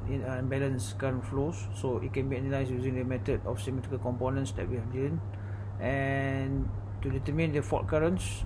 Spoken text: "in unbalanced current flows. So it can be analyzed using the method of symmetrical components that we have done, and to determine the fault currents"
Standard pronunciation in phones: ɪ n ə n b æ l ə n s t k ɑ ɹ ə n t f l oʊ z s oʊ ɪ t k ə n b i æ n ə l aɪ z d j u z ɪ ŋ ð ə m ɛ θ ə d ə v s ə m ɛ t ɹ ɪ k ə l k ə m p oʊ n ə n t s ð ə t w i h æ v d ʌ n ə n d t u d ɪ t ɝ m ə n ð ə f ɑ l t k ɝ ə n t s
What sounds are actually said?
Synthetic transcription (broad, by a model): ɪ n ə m b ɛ l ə n s k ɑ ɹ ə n f l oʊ s oʊ ɪ t k ə n b i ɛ n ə l aɪ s j u z ɪ ŋ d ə m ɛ t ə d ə f s ə m ɛ t ɹ ɪ k ə l k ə m p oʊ n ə n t s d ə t w i h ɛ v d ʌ n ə n t u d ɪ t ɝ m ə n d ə f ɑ t k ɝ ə n s